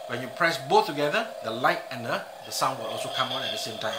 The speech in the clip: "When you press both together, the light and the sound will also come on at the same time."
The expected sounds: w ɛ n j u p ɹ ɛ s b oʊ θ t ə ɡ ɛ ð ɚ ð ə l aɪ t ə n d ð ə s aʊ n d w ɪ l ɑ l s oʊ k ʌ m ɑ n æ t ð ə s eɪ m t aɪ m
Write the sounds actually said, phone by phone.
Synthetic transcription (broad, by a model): w ɛ n j u p ɹ ɛ s b oʊ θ t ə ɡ ɛ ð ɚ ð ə l aɪ t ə n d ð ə s aʊ n d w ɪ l ɑ l s oʊ k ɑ m ɑ n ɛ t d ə s eɪ m t aɪ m